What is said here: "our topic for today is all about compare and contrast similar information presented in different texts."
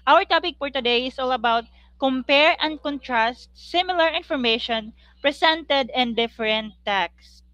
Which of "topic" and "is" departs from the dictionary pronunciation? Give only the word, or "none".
is